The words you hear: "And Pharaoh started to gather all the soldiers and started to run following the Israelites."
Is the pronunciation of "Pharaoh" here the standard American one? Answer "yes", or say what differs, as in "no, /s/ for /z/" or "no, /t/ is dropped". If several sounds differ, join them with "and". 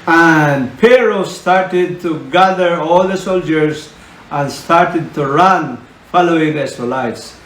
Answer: no, /p/ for /f/